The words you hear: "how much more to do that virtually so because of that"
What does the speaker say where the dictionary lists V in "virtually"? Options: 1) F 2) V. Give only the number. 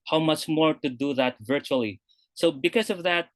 2